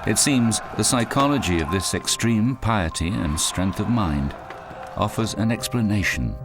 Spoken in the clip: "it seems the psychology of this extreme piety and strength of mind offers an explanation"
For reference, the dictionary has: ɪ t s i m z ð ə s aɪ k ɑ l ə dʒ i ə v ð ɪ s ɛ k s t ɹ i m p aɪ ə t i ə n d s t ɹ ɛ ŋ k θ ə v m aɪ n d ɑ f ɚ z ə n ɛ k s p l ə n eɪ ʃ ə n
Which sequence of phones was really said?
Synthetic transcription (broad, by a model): ɪ t s i m z ð ə s aɪ k ɑ l ə dʒ i ə v ð ɪ s ɛ k s t ɹ i m p aɪ ə t i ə n s t ɹ ɛ ŋ k θ ə v m aɪ n d ɑ f ɚ z ə n ɛ k s p l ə n eɪ ʃ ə n